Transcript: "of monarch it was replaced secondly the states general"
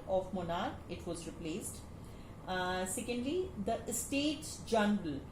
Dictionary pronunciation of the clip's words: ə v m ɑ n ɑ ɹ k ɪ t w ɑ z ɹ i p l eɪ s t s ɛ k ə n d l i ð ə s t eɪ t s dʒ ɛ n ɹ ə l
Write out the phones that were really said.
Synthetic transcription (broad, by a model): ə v m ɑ n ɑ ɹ ɪ t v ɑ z ɹ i p l eɪ s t s ɛ k ə n d l i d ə s t eɪ t s dʒ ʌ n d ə l